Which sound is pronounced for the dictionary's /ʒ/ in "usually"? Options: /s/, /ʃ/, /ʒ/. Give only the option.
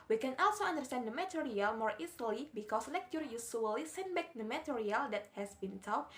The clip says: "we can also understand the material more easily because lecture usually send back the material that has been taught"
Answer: /s/